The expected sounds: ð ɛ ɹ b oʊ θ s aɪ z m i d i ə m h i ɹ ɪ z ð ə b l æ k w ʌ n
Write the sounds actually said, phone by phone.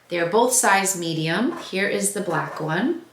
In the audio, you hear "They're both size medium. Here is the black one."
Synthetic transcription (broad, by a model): ð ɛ ɹ b oʊ θ s aɪ z m i d i ə m h i ɹ ɪ z ð ə b l æ k w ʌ n